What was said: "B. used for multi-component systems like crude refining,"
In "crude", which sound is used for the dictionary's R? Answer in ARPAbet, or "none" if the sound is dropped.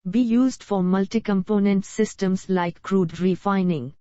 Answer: R